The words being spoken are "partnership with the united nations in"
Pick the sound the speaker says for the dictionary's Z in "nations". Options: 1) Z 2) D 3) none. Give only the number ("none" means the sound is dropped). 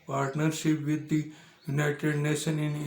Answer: 3